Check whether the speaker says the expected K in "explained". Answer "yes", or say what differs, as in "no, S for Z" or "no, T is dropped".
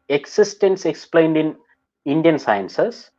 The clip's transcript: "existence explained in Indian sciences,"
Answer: yes